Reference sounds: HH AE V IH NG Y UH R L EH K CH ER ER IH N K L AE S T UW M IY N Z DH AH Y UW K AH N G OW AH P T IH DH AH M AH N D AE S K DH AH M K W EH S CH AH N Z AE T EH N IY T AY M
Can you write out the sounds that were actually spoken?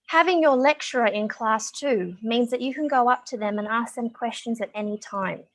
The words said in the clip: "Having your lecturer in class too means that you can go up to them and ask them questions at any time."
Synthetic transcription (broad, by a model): HH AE V IH NG Y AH R L EH K CH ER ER IH N K L AE S T UW M IY N Z DH AH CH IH K AH N G OW AH P T IH DH AH M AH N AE S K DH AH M K W EH S CH AH N Z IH T EH N IY T AY M